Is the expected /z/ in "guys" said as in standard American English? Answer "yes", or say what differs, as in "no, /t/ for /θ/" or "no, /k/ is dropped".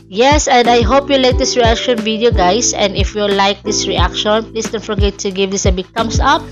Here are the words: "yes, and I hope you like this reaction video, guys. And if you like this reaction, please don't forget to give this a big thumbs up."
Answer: no, /s/ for /z/